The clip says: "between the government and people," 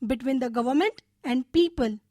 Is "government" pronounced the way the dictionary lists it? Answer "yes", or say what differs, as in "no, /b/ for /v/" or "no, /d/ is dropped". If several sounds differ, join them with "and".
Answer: yes